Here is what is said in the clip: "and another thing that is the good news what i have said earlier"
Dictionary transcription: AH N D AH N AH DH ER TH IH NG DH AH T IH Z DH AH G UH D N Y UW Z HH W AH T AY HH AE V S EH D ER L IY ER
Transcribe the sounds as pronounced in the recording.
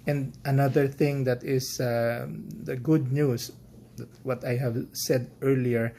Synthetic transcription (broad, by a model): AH N D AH N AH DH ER TH IH NG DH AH T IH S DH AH G UH D N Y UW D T W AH T AY HH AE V S EH D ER L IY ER